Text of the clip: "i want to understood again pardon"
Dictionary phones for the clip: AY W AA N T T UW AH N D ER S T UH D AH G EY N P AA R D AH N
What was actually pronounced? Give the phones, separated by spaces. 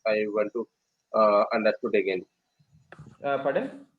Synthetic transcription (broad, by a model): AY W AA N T T UW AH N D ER T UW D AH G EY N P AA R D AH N